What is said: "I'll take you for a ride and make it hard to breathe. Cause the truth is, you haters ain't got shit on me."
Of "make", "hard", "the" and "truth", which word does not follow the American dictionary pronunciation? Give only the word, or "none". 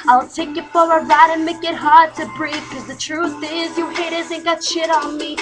none